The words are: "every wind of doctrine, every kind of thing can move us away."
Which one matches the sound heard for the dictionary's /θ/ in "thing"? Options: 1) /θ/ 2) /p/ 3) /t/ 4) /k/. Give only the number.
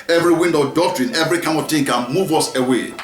3